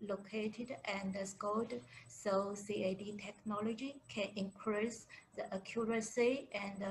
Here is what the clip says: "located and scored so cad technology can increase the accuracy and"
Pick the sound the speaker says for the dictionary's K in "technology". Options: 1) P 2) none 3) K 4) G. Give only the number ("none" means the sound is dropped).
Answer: 3